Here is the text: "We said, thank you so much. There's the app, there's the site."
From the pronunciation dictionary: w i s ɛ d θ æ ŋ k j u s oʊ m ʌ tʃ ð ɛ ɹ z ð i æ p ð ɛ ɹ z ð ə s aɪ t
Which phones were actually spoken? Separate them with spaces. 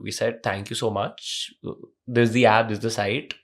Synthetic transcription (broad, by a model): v i s ɛ d t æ ŋ k j u s oʊ m ʌ tʃ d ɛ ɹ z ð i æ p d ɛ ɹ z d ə s aɪ t